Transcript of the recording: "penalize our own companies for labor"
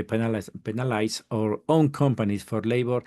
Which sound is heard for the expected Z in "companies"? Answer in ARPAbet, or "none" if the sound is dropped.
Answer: S